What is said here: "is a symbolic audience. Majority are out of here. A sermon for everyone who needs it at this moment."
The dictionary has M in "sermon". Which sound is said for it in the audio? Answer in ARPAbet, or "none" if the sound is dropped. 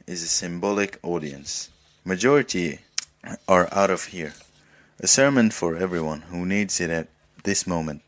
M